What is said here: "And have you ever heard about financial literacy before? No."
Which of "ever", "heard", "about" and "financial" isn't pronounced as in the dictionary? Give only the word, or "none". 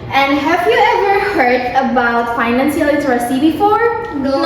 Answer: financial